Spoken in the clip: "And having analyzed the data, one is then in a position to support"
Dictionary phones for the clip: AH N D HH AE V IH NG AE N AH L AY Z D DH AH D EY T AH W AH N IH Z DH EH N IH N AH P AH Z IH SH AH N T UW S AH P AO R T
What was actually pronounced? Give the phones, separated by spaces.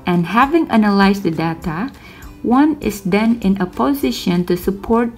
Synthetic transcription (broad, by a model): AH N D HH AE V IH NG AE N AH L AY S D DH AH D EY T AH W AH N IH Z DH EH N IH N AH P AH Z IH SH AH N T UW S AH P AO R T